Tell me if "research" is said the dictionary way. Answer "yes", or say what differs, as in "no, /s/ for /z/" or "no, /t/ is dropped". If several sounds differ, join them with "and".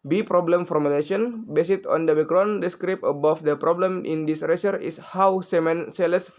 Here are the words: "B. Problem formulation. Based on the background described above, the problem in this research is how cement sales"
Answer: no, /tʃ/ is dropped